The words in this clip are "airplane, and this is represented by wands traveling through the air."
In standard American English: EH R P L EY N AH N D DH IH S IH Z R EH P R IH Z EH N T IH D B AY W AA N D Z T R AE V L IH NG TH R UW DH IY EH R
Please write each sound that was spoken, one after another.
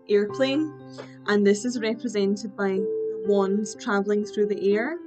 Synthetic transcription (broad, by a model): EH R P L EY N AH N DH IH S IH Z R EH P R IH Z EH N T IH D B AY W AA N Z T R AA V L IH NG TH R UW DH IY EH R